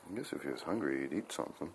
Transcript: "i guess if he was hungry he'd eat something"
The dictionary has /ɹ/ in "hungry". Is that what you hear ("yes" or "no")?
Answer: yes